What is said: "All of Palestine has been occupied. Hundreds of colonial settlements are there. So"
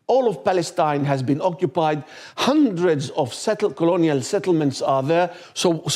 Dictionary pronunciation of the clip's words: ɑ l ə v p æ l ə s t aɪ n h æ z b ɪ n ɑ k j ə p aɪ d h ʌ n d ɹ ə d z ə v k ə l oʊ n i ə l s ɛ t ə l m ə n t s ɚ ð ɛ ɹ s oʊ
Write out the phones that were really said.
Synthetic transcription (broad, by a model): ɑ l ə v p æ l ə s t aɪ n h æ z b ɪ n ɑ k j ə p aɪ d h ʌ n d ɹ ə d z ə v k ə l oʊ n i ə l s ɛ t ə l m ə n t s ɚ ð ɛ ɹ s oʊ